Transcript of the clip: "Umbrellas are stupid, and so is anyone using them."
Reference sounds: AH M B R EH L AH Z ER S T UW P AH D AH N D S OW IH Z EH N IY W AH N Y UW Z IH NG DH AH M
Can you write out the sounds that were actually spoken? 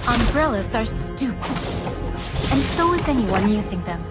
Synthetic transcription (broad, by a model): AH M B R EH L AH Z ER S T UW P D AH N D S OW IH Z EH N IY W AH N Y UW Z IH NG DH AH M